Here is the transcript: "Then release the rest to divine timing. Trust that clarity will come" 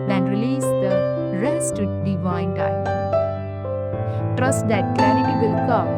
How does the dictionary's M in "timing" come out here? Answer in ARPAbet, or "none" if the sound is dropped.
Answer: none